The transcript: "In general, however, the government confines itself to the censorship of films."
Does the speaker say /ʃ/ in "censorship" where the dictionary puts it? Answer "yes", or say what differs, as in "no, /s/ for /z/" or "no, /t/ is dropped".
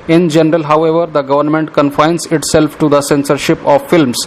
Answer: yes